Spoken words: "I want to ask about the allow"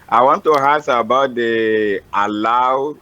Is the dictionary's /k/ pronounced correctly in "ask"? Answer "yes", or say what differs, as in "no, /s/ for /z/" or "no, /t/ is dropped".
no, /k/ is dropped